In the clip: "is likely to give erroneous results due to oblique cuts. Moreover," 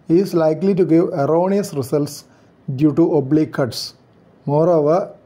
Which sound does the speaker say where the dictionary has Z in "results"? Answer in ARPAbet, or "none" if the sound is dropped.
S